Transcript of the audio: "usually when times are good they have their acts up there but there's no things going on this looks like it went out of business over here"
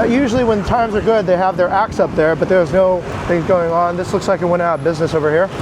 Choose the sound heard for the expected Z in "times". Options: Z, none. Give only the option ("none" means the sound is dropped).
Z